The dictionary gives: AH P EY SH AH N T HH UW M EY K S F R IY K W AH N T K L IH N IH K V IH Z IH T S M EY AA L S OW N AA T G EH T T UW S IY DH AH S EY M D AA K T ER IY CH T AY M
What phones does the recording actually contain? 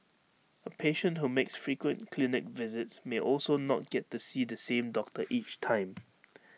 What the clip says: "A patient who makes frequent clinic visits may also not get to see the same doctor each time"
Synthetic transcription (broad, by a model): AH P EY SH AH N T HH UW M EY K S F R IY K W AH N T K L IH N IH K V IH Z IH T S M EY AA L S OW N AA T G EH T T UW S IY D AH S EY M D AA K T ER IY CH T AY M